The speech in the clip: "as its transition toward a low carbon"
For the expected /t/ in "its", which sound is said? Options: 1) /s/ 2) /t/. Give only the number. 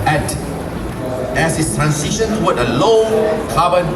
1